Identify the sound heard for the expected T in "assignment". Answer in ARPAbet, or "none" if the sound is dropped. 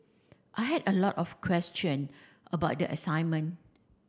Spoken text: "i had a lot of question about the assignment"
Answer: none